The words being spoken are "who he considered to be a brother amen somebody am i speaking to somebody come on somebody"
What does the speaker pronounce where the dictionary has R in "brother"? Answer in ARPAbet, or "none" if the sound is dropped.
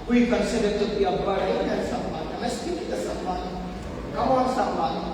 none